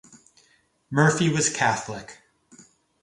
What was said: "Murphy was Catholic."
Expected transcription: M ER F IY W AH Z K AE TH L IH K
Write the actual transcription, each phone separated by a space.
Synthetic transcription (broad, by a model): M ER F IY W AH Z K AE TH L IH K